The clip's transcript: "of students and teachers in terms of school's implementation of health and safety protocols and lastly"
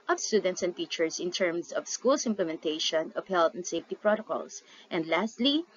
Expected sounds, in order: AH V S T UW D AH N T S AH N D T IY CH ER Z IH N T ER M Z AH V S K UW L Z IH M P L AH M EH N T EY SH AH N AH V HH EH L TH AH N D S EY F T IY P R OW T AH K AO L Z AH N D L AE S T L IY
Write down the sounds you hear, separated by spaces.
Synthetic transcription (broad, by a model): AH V S T UW D AH N T S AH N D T IY CH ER S IH N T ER M S AH V S K UW L S IH M P L AH M EH N T EY SH AH N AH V HH EH L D AH N D S EY F T IY P R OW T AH K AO L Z AH N D L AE S T L IY